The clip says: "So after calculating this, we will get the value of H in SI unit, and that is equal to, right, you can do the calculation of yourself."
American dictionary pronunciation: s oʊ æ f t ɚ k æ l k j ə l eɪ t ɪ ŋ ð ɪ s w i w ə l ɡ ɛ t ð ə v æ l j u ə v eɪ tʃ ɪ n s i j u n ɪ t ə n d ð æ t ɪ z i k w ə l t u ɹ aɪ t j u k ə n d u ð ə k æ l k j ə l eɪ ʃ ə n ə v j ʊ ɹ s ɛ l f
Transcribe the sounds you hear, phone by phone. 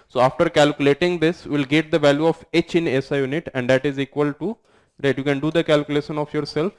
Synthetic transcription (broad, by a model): s oʊ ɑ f t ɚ k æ l k j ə l eɪ t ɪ ŋ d ɪ s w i l ɡ ɛ t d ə v æ l j u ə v eɪ tʃ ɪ n s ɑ j u n ɪ t ə n d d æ t ɪ z i k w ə l t u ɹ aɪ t j u k ə n d u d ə k æ l k j ə l eɪ ʃ ə n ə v j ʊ ɹ s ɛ l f